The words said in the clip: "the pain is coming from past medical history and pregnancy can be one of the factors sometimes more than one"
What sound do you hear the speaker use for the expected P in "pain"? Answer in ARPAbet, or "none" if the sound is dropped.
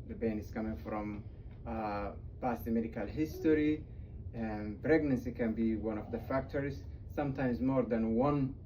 B